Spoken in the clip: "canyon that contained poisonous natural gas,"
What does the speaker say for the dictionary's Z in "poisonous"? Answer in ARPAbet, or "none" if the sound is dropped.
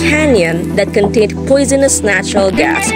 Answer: Z